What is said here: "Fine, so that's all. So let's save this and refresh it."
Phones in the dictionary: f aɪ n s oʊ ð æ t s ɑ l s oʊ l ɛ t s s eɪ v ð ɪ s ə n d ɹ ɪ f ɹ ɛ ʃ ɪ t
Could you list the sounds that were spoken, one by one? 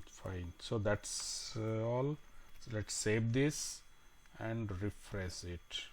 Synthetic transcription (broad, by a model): f aɪ n s oʊ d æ t s ɑ l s l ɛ t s s eɪ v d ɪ s ə n d ɹ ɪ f ɹ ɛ s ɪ t